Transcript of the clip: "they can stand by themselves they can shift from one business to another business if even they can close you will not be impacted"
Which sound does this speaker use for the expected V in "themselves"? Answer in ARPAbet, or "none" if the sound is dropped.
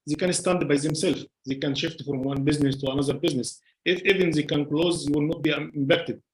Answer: F